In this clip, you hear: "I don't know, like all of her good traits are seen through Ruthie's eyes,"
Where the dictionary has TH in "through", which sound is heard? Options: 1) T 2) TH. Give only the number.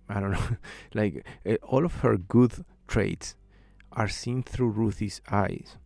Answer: 2